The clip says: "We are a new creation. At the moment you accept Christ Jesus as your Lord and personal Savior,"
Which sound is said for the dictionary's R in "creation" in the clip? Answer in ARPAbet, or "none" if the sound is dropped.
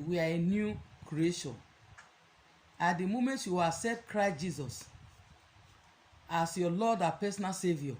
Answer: R